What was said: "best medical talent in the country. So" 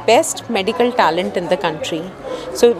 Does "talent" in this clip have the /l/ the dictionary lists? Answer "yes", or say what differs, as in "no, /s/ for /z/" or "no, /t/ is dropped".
yes